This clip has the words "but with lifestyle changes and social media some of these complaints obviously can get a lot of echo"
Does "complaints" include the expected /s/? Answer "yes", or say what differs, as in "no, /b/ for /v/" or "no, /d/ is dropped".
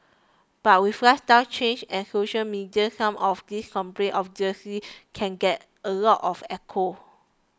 no, /s/ is dropped